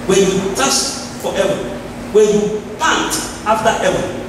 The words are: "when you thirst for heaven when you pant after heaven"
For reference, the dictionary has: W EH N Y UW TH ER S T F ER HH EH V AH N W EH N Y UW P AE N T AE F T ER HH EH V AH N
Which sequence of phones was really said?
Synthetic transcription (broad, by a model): W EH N Y UW T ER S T F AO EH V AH W EH N Y UW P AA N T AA F T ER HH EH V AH